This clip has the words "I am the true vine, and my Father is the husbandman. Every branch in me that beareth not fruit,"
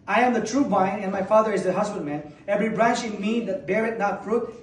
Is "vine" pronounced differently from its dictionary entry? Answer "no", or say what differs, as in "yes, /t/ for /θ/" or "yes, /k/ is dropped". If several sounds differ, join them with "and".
yes, /b/ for /v/